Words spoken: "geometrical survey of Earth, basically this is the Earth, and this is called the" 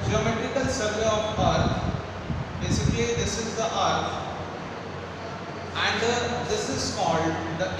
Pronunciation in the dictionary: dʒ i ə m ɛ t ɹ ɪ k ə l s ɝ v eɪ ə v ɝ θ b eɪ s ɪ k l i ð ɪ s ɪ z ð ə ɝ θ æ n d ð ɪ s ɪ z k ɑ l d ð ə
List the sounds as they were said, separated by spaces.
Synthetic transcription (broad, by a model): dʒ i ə m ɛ t ɹ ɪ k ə l s ɝ v eɪ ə p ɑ t b eɪ s ɪ k l i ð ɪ s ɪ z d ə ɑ t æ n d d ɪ s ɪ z k ɑ l d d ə